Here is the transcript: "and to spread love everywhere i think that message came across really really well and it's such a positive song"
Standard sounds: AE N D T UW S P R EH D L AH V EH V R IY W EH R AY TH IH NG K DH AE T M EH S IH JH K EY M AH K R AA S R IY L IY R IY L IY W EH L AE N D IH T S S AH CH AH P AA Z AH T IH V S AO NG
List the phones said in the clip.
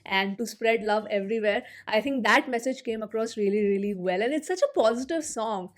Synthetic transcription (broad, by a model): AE N D T UW S P R EH D L AH V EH V R IY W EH R AY T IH NG K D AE T M EH S IH JH K EY M AH K R AA S R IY L IY R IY L IY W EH L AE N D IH T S S AH CH AH P AA Z AH T IH V S AO NG